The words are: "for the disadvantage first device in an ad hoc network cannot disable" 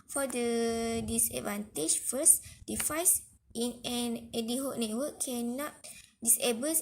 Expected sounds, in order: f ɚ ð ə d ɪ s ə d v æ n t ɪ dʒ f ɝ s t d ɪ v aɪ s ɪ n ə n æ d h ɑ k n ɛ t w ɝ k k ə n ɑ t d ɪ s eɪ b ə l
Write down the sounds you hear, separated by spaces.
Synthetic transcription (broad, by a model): f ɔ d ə d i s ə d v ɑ n t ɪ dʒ f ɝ s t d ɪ f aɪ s ɪ n ə n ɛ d h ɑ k n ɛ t w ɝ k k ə n ɑ t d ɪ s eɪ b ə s